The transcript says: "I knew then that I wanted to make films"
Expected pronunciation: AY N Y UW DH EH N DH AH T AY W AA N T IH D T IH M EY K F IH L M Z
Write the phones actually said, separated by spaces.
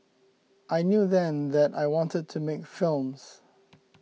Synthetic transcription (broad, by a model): AY N Y UW DH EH N DH AH T AY W AA N T IH D T IH M EY K F IH L M Z